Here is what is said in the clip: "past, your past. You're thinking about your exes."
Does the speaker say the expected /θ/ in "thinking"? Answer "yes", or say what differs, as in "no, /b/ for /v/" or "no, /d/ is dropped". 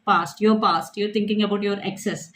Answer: no, /t/ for /θ/